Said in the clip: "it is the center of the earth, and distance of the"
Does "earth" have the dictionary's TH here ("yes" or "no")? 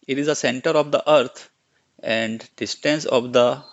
no